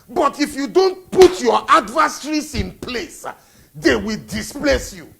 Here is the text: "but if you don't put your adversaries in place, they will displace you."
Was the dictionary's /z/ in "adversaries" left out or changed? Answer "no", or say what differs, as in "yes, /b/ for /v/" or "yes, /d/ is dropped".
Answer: yes, /s/ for /z/